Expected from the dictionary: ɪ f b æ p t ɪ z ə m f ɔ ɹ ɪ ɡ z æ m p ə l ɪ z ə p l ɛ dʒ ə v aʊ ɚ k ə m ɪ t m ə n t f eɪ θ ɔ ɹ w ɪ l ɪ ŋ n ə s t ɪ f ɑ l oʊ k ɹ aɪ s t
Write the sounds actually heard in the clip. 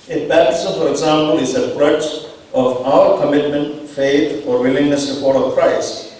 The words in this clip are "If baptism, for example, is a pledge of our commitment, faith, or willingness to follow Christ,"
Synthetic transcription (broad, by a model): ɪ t b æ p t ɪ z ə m f ɔ ɹ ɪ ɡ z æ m p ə l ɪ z ə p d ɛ tʃ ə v aʊ ɚ k ə m ɪ t m ə n t f eɪ t ɔ ɹ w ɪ l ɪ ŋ n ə s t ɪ p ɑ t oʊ k ɹ aɪ s t